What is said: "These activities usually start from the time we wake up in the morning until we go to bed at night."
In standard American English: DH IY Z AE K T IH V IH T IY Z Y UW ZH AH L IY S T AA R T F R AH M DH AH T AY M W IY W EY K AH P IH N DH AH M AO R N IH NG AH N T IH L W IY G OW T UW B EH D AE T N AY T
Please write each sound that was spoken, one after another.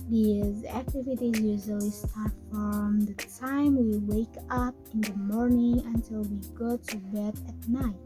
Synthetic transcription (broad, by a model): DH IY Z AE K T IH V IH T IY Z Y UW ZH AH L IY S T AA R T F R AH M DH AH T AY M W IY W EY K AH P IH N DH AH M AO R N IH NG AH N T IH L W IY G OW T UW B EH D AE T N AY T